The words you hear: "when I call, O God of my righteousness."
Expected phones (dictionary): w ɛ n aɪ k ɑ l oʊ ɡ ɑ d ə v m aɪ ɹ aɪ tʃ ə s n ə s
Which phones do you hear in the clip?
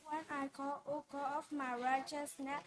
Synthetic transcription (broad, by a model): w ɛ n aɪ k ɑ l oʊ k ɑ ə f m aɪ ɹ aɪ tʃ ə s n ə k